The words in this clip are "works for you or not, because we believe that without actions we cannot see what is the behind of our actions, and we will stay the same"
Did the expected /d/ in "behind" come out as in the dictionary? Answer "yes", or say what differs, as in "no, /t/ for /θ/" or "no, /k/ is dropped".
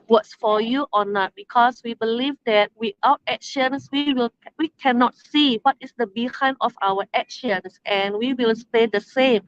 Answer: no, /d/ is dropped